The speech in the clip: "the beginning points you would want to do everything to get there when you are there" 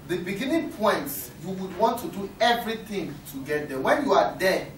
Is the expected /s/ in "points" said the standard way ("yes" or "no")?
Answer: no